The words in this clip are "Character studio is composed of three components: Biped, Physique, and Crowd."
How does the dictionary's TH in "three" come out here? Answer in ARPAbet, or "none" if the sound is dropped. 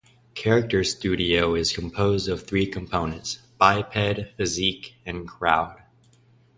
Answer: TH